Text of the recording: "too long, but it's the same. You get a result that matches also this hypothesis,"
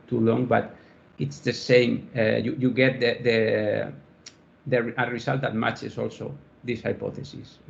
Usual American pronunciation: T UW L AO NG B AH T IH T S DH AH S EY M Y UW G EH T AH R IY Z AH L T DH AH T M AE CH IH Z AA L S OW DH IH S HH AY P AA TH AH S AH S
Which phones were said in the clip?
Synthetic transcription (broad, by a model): T UW L AO NG B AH T IH T S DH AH S EY M Y UW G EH T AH R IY S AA L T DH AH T M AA CH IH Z AA L S OW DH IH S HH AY P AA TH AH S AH S